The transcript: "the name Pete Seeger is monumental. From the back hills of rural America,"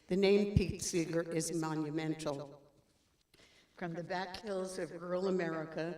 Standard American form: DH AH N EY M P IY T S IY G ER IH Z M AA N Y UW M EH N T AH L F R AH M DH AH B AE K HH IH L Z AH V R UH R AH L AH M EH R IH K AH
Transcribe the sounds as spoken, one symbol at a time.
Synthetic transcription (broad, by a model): DH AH N EY M P IY T S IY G ER IH Z M AA N Y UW M EH N T L F R AH M DH AH B AE K HH IH L Z AH V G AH R L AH M EH R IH K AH